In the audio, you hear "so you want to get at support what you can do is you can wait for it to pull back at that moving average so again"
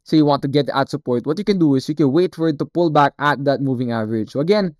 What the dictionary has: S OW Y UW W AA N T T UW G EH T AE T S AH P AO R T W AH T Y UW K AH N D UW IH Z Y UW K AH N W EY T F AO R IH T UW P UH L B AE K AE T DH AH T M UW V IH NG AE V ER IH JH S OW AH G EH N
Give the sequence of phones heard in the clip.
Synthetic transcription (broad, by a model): S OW Y UW W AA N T T UW G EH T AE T S AH P AO R T W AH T Y UW K AH N D UW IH S Y UW K AH N W EY T F AO R IH T UW P UH L B AE K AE T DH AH T M UW V IH NG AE V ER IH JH S OW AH G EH N